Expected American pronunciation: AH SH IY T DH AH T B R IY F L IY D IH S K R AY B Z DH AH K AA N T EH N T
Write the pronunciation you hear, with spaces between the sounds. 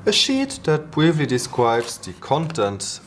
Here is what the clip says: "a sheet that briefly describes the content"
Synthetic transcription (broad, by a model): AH SH IY T DH AH T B R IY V L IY D IH S K R AY B Z DH AH K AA N T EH N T